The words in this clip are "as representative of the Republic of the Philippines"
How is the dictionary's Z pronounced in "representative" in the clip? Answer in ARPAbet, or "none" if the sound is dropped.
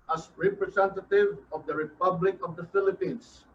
S